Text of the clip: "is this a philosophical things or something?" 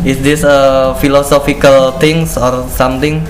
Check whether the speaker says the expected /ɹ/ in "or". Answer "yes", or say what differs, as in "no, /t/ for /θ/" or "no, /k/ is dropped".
yes